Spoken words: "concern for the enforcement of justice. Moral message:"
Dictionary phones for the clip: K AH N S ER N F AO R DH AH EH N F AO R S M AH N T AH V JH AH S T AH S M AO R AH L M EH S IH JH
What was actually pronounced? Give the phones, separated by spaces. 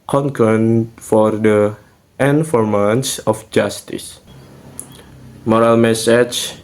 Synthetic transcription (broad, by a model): K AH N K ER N F AO R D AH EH N F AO R M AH N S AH F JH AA S T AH S M AO R AH L M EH S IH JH